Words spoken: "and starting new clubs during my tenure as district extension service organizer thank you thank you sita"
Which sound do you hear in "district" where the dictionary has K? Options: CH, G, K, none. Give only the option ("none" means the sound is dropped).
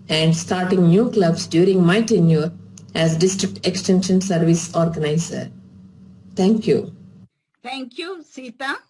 K